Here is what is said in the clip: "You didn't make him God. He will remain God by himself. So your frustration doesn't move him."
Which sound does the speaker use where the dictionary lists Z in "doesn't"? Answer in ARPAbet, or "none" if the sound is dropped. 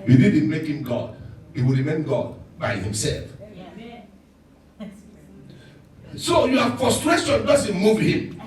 S